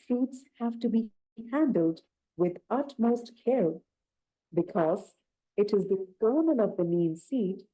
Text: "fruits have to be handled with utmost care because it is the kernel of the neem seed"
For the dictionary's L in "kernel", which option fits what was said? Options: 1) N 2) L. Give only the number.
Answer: 1